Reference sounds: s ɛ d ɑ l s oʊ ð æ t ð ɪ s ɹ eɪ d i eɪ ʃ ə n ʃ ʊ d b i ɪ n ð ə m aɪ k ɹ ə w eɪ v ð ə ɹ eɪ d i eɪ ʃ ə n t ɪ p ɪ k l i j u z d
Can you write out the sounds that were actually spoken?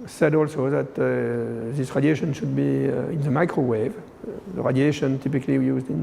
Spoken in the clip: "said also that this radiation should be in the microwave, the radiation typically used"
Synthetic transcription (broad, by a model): s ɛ d ɑ l s oʊ ð æ t ð ɪ s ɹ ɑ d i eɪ ʃ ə n ʃ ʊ d b i ɪ n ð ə m aɪ k ɹ ə w eɪ v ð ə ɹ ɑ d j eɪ ʃ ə n t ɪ p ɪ k l i j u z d